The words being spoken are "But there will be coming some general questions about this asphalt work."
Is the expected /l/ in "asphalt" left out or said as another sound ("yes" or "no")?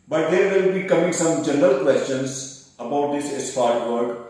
yes